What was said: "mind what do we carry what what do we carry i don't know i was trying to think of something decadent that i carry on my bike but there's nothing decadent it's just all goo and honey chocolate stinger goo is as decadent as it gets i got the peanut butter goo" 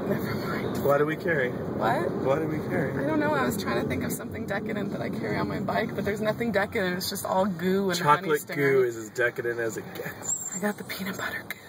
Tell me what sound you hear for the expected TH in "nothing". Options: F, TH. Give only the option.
TH